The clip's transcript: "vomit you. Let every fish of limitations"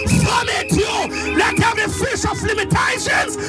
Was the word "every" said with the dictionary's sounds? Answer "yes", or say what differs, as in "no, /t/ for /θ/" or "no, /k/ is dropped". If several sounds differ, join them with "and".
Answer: no, /ɹ/ is dropped